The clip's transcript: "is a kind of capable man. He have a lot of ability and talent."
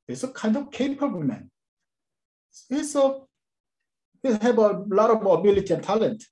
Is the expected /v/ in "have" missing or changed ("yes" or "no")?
yes